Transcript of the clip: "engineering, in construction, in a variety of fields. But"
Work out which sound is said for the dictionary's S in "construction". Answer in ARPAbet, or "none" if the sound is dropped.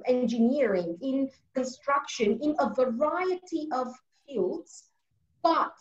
S